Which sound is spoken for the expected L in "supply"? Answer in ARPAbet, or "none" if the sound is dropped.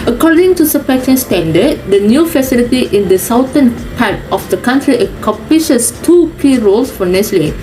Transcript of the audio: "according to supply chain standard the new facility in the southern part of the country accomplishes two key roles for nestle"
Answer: none